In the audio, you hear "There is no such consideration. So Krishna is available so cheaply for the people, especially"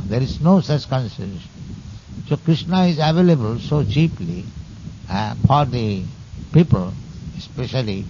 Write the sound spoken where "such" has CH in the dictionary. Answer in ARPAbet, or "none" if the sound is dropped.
S